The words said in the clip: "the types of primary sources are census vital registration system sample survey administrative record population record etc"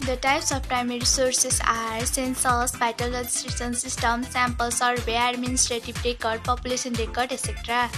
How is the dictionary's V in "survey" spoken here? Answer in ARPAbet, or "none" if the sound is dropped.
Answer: B